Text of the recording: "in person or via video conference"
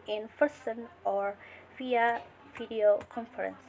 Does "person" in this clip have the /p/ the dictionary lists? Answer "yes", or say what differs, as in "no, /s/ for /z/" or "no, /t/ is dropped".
no, /f/ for /p/